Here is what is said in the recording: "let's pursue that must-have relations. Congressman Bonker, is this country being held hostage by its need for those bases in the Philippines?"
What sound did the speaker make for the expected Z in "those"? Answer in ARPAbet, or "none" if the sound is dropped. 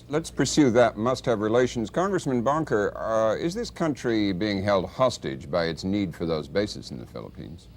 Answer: Z